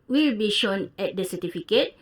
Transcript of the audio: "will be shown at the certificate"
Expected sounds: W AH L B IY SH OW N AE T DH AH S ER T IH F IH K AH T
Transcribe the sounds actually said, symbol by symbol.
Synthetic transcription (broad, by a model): W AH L B IY SH OW N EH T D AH S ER T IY F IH K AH T